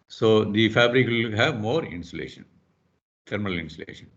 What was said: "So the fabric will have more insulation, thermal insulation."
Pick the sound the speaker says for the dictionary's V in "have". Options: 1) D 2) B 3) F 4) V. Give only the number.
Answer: 4